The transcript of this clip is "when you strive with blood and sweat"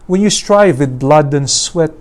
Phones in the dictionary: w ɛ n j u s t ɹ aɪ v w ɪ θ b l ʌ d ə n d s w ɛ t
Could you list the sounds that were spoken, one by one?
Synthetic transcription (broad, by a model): w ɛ n j u s t ɹ aɪ v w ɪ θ b l ʌ d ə n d s w ɛ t